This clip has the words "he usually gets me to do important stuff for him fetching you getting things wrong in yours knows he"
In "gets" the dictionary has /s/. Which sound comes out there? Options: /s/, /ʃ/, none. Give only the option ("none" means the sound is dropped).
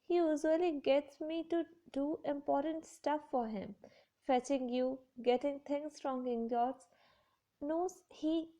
/s/